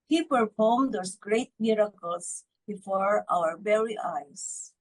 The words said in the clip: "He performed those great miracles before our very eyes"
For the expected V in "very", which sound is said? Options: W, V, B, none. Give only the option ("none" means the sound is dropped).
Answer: B